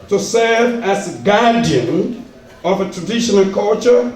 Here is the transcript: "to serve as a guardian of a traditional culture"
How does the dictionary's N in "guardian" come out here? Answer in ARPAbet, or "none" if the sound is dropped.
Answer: N